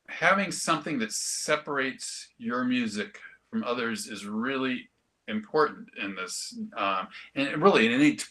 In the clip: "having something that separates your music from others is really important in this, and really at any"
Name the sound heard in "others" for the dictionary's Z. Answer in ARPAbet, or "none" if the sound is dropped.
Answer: Z